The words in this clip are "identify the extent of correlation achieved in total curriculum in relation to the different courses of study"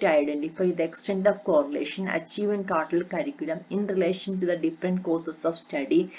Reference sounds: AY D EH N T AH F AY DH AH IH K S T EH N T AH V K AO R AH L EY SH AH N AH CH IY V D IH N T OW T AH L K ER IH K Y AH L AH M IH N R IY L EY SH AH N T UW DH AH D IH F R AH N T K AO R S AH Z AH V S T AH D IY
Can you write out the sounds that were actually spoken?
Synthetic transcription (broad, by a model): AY D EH N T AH F AY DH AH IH K S T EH N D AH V K AO R AH L EY SH AH N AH CH IY V IH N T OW T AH L K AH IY K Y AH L AH M IH N R IY L EY SH AH N T UW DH AH D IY F R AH N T K AO S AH S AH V S T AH D IY